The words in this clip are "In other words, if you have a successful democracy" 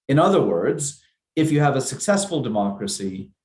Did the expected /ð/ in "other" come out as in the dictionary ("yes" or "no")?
yes